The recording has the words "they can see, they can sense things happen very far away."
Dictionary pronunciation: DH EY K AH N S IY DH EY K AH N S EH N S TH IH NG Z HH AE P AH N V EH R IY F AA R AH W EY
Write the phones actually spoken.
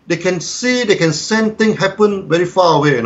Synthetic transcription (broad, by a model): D EY K AH N S IY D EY K AH N S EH N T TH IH NG HH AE P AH N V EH R IY F AA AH W EY